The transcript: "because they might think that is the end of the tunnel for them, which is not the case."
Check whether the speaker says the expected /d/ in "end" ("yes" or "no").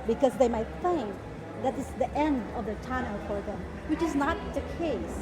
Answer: yes